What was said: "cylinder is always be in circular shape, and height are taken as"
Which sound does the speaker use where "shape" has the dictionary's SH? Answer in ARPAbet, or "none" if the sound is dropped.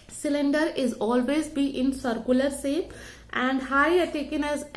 S